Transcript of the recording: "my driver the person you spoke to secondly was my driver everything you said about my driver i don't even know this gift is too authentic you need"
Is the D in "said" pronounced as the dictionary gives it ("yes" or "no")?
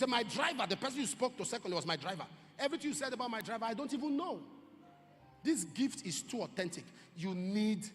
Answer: yes